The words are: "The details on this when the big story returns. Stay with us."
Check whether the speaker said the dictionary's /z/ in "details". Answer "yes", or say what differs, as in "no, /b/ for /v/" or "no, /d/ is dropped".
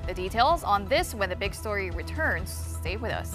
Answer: yes